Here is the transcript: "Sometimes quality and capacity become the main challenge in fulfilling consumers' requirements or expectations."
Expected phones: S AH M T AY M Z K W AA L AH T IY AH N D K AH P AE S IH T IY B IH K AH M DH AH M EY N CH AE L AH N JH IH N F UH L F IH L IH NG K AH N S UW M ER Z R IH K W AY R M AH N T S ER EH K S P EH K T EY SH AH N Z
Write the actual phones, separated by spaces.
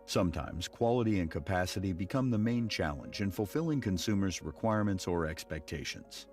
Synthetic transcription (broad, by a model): S AH M T AY M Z K W AA L AH T IY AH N K AH P AE S IH T IY B IH K AH M DH AH M EY N CH AE L AH N JH IH N F L F IH L IH NG K AH N S UW M ER Z R IH K W AY R M AH N T S ER EH K S P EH K T EY SH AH N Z